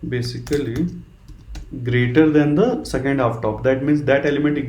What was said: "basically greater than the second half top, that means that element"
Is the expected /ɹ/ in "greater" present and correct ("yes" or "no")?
yes